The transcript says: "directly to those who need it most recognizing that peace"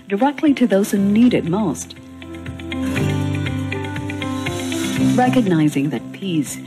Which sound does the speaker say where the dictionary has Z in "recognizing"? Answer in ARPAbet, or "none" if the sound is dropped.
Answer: Z